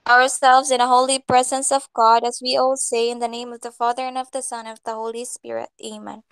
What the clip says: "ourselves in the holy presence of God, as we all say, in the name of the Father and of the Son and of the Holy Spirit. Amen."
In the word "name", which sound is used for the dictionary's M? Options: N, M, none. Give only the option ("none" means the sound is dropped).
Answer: M